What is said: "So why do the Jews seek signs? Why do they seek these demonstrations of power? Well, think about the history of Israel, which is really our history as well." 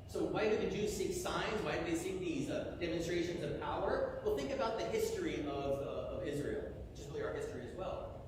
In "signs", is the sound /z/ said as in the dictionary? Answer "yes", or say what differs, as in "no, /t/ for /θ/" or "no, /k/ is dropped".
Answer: yes